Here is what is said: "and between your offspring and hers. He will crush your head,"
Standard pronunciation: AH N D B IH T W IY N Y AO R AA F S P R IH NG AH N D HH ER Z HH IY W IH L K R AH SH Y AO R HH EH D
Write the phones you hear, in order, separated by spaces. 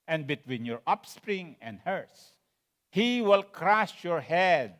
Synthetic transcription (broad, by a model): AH N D B IH T W IY N Y AO R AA P S P R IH NG AH N D HH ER S HH IY W IH L K R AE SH Y AO R HH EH D